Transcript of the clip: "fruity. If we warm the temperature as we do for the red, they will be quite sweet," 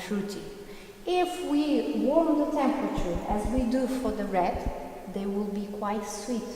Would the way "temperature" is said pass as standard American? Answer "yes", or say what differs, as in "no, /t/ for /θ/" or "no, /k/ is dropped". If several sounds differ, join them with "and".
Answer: yes